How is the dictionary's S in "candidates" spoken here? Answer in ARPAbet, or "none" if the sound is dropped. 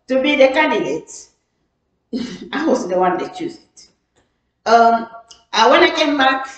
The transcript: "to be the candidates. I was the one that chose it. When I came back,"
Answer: none